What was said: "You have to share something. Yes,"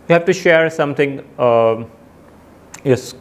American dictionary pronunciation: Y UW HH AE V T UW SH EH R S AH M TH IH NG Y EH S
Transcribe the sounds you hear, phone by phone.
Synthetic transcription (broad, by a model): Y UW HH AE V T UW SH EH R S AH M T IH NG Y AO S